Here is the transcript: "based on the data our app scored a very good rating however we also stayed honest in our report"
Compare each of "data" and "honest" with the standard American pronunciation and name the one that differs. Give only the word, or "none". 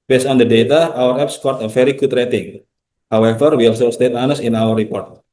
honest